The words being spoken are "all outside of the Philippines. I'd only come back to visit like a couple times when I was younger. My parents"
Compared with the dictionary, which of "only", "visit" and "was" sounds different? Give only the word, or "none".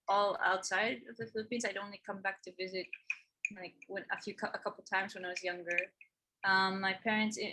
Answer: none